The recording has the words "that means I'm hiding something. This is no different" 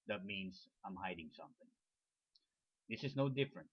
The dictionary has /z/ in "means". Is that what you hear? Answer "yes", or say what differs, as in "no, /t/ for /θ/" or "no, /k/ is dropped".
no, /s/ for /z/